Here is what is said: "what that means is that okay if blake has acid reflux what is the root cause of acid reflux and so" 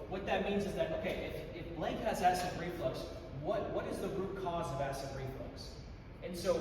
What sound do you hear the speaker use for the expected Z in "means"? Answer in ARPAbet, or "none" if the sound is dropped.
Z